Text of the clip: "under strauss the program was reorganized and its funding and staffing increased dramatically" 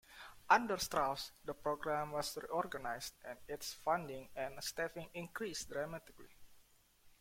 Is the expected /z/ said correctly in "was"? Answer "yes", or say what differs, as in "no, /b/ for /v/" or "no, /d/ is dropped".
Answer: no, /s/ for /z/